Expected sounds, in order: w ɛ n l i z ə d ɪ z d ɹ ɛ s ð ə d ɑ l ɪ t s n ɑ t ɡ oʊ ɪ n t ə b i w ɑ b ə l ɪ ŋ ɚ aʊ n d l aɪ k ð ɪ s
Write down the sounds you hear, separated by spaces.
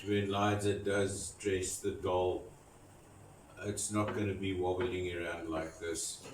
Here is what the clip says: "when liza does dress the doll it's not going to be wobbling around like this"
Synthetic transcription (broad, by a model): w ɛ n l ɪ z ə d ɪ z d ɹ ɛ s ð ə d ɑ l ɪ t s n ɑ t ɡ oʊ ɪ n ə b i w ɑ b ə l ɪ ŋ ɚ aʊ n d l aɪ k ð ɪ s